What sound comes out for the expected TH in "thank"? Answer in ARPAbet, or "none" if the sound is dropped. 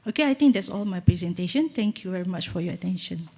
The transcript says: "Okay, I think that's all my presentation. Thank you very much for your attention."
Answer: T